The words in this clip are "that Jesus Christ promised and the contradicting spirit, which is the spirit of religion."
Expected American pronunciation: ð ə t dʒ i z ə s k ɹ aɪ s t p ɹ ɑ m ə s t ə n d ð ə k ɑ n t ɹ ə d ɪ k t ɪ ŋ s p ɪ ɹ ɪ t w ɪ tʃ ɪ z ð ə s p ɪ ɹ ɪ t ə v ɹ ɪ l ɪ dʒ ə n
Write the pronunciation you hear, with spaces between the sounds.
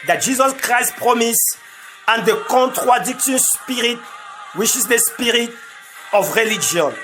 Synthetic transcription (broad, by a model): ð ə t dʒ i z ə s k ɹ aɪ s t p ɹ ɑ m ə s ə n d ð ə k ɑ n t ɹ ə d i k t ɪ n s p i ɹ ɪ t w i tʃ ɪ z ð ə s p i ɹ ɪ t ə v ɹ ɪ l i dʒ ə n